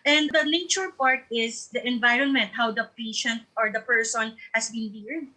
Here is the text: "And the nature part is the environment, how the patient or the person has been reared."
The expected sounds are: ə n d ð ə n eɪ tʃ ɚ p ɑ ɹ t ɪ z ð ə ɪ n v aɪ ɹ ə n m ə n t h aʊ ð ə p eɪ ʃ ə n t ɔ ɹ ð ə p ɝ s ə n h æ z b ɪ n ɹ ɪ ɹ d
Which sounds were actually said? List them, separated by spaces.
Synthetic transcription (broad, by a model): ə n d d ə n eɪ tʃ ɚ p ɑ ɹ t ɪ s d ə ɪ n v aɪ ɹ ə n m ə n t h aʊ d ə p eɪ ʃ ə n t ɔ ɹ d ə p ɝ s ə n h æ s b ɪ n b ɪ ɹ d